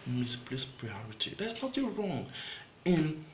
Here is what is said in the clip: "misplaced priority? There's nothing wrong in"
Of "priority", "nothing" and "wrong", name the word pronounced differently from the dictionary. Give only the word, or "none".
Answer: nothing